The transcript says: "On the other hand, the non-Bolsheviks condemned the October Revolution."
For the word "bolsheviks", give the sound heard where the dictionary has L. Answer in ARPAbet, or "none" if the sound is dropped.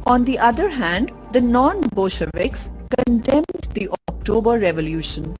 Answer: none